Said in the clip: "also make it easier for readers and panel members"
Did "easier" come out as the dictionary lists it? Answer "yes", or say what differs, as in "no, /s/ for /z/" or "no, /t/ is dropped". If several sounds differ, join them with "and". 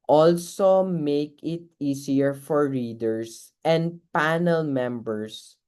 no, /s/ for /z/